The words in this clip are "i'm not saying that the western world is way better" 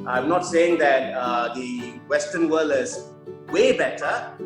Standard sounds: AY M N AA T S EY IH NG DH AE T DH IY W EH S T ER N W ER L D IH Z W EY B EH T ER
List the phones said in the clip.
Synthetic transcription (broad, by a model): AY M N AA T S EY IH NG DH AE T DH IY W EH S T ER N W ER L IH Z W EY B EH T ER